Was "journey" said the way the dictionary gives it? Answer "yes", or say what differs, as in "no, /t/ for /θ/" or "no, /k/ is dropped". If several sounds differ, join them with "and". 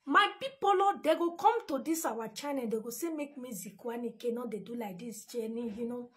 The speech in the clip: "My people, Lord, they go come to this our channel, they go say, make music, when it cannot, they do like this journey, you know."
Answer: no, /tʃ/ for /dʒ/